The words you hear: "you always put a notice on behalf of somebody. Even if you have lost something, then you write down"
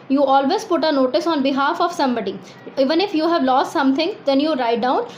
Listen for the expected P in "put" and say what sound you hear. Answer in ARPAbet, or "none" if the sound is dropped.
P